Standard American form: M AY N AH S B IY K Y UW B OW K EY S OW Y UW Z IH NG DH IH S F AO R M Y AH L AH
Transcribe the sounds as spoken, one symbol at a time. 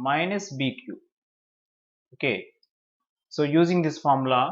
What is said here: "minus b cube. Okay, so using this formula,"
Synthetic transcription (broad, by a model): M AY N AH S B IY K Y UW OW K EY S OW Y UW Z IH NG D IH S F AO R M L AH